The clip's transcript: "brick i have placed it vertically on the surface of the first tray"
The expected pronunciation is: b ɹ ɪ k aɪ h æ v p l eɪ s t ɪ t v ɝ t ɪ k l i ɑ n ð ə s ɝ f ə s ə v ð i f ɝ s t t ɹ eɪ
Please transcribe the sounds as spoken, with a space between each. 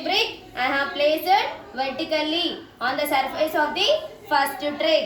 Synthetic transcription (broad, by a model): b ɹ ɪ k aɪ h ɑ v p l eɪ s ɪ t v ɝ t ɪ k l i ɑ n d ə s ɝ f ə s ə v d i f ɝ s t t ɹ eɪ